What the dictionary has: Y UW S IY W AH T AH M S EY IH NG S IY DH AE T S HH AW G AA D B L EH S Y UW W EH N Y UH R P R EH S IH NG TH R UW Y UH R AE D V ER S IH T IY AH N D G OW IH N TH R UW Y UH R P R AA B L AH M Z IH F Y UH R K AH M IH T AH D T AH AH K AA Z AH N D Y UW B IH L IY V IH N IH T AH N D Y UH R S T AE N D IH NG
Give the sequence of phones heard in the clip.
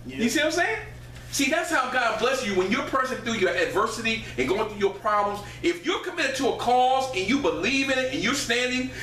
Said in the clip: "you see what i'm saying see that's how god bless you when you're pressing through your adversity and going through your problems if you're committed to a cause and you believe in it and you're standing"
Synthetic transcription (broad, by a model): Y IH S IY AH AH M S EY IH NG S IY DH AE T S HH AW G AA D B L EH S Y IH W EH N Y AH R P R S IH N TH UW Y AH R AE D V ER S IH T IY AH N G OW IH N TH R UW Y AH R P R AA B L AH M Z IH F Y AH R K AH M IH T AH D T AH AH K AA Z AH N Y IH B IH L IY V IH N IH T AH N Y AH R S T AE N D IH NG